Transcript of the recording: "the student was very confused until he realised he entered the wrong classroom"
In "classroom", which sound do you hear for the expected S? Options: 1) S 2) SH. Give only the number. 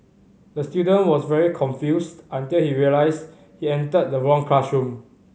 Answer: 2